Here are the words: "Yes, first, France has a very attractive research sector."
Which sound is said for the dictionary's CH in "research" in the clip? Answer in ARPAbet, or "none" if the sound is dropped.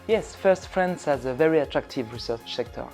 S